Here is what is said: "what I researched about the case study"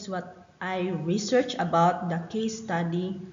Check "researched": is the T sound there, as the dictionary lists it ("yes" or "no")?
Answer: no